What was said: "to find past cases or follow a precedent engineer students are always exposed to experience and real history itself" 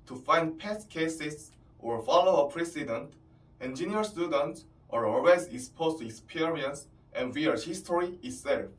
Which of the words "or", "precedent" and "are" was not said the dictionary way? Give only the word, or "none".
none